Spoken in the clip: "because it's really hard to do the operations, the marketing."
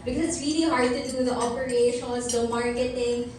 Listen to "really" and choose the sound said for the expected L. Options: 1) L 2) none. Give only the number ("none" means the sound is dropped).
2